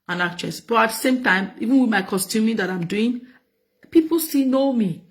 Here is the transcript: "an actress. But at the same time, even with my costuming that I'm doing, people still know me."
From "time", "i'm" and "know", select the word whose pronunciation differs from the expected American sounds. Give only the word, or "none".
none